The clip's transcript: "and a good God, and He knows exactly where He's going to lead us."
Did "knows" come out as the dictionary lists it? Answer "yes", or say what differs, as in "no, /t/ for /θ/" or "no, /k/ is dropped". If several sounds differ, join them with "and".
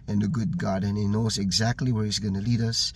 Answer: yes